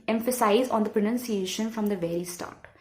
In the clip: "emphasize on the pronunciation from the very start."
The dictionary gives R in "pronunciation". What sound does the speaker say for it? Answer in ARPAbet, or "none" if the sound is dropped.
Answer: R